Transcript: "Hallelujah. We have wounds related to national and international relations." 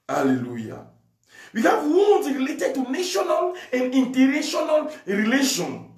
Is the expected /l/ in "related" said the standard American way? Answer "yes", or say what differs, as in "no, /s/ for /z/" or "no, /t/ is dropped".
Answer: yes